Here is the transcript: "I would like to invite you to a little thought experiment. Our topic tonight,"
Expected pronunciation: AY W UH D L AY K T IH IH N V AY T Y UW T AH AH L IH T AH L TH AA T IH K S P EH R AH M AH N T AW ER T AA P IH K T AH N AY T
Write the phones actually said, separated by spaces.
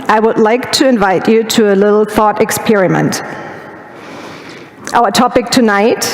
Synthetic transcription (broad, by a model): AY W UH D L AY K T IH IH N V AY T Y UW T AH AH L IH T L TH AA T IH K S P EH R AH M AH N T AW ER T AA P IH K T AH N AY T